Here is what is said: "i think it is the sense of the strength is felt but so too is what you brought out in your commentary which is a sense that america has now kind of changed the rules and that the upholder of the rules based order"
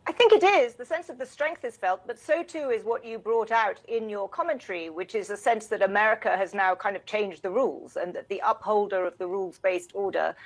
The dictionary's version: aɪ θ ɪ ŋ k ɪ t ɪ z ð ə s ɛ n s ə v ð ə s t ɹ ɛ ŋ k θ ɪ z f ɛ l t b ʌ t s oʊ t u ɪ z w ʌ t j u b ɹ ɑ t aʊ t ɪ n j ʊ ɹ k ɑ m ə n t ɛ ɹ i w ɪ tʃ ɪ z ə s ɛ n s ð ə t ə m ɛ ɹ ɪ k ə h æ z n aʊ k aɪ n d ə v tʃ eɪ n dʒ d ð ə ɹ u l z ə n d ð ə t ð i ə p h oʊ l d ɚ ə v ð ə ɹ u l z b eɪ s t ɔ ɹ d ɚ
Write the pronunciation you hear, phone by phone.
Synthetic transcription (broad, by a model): aɪ θ ɪ ŋ k ɪ t ɪ z ð ə s ɛ n s ə v ð ə s t ɹ ɛ ŋ k θ ɪ z f ɛ l t b ʌ t s oʊ t u ɪ z w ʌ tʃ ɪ b ɹ ɑ t aʊ t ɪ n j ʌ ɹ k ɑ m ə n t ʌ ɹ i w ɪ tʃ ɪ z ə s ɛ n s ð ə t ə m ɛ ɹ ɪ k ə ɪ z n aʊ k aɪ n d ə v tʃ eɪ n dʒ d ð ə ɹ u l z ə n ð ə t ð i ə p h oʊ l d ɚ ə v ð ə ɹ u l z b eɪ s t ɔ ɹ d ɚ